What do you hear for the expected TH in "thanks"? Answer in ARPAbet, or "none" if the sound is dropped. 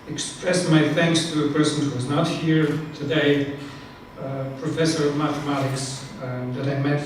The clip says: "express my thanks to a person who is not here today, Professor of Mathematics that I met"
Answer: TH